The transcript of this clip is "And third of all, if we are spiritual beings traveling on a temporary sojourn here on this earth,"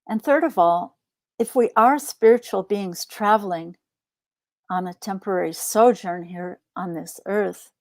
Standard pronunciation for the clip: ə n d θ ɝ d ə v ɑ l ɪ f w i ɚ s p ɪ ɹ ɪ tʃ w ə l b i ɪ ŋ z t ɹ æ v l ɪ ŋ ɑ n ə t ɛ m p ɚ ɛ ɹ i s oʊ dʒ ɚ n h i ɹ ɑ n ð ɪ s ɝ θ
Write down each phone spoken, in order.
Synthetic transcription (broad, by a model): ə n θ ɝ d ə v ɑ l ɪ f w i ɚ s p ɪ ɹ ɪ tʃ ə l b i ɪ ŋ z t ɹ æ v l ɪ ŋ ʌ n ə t ɛ m p ɚ ɛ ɹ i s oʊ dʒ ɚ n h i ɹ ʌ n ð ɪ s ɝ θ